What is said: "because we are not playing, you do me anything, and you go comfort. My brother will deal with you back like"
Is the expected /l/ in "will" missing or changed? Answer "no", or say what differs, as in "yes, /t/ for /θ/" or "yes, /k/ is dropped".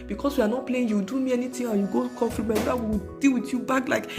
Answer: yes, /w/ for /l/